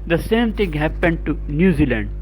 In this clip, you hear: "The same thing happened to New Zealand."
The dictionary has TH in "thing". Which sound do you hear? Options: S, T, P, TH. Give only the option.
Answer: T